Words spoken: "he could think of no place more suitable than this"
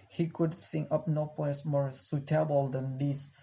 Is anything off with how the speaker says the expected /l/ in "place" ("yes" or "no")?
yes